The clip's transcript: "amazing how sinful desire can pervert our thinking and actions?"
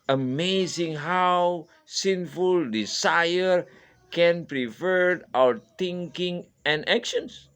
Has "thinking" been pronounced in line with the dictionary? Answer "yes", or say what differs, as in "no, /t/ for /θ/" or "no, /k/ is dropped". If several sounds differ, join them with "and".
no, /t/ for /θ/